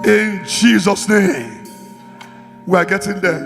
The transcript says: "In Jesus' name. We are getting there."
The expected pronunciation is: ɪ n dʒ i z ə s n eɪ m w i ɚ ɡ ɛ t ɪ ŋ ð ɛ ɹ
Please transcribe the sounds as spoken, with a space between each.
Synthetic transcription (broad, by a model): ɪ n dʒ i z ə s n eɪ m w i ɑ ɡ ɛ t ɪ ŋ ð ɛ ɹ